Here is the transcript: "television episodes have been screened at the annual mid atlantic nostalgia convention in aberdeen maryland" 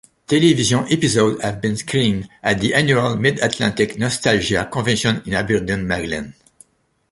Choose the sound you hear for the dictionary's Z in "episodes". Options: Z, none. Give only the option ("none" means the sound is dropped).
none